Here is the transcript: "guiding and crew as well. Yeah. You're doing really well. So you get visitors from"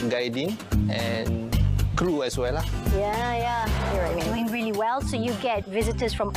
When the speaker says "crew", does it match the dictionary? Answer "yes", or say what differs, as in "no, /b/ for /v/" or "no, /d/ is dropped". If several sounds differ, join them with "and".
yes